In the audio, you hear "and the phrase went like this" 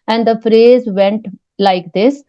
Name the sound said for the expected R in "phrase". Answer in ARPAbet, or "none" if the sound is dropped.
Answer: R